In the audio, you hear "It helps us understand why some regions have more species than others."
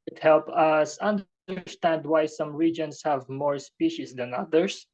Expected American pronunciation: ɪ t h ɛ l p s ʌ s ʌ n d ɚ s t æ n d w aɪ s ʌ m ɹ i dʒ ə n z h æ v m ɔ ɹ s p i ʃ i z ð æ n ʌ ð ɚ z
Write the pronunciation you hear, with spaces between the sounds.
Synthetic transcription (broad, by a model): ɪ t h ɛ l p ʌ s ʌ n d ɚ s t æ n d w aɪ s ʌ m ɹ i dʒ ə n s h æ v m ɔ ɹ s p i ʃ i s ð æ n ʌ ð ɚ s